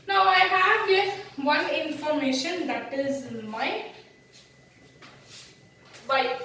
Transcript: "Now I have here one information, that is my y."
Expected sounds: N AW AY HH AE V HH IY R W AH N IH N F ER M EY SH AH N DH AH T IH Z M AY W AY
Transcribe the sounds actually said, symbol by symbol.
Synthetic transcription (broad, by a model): N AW AY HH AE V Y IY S W AH N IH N F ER M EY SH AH N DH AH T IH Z M AY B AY